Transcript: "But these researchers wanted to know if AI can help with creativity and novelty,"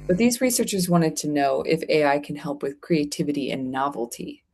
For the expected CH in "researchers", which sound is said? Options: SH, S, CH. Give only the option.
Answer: CH